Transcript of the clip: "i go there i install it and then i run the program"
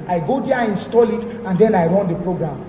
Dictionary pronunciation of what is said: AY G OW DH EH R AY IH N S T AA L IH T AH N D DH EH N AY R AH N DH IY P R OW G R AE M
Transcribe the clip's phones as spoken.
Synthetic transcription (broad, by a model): AY G OW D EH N IH N S T AA L IH T AH N D EH N AY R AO N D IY P R OW G R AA M